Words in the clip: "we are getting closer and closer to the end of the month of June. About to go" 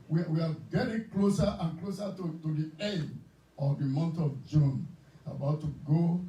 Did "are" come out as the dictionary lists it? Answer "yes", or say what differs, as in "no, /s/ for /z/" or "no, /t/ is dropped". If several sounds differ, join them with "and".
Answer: no, /w/ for /ɹ/